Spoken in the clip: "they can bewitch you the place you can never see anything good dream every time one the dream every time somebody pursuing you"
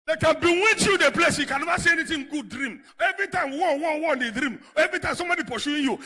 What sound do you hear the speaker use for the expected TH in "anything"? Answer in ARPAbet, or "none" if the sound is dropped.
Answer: T